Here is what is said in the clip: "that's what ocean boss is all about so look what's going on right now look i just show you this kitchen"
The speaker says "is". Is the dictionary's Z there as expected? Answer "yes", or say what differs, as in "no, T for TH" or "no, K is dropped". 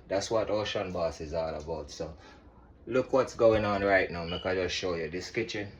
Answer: yes